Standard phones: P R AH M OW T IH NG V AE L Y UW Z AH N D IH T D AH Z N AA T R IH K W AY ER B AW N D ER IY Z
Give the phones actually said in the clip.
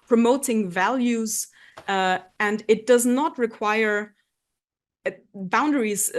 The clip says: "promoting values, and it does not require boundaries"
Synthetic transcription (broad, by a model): P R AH M OW T IH NG V AE L Y UW Z AH N D IH T D AH Z N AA T R IH K W AY ER B AW N D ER IY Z